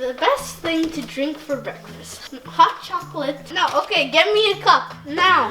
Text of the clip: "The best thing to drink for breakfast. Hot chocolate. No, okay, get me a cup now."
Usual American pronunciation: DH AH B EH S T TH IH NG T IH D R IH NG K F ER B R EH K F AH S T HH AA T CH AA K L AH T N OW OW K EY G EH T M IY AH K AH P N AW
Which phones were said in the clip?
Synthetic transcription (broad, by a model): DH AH B EH S T TH IH NG T IH D R IH NG K F ER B R EH K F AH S T HH AA T CH AA K L AH T N OW OW K EY G EH T M IY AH K AH P N AW